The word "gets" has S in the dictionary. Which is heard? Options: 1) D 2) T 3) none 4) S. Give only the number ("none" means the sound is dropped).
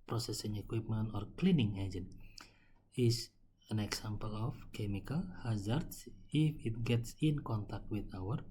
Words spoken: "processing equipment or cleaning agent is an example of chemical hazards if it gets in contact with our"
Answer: 4